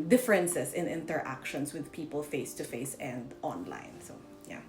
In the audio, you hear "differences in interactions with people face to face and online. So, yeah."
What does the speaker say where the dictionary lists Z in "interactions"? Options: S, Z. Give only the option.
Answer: S